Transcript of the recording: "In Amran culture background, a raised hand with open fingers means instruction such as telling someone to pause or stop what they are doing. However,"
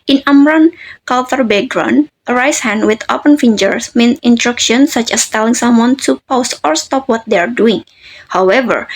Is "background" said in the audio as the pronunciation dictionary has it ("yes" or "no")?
no